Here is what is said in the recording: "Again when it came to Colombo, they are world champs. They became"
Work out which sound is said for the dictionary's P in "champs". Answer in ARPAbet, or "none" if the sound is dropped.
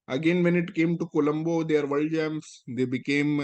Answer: none